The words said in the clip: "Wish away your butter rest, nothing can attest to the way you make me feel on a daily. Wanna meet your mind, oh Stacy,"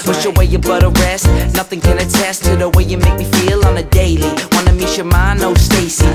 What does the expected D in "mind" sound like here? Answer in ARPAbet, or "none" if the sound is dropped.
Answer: none